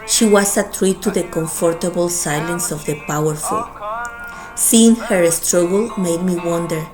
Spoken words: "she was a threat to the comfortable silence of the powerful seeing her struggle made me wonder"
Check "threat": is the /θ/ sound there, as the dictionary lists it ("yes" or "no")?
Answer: no